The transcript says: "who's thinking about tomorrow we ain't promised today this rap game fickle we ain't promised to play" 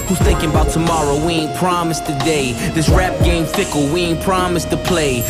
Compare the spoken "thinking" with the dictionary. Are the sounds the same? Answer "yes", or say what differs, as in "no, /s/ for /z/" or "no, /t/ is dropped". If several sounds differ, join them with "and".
yes